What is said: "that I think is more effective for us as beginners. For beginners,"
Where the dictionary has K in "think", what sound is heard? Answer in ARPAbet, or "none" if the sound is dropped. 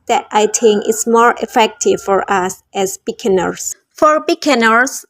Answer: none